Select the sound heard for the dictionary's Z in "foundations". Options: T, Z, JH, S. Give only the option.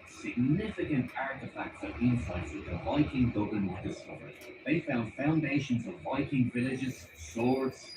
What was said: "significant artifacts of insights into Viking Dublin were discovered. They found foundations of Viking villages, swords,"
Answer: Z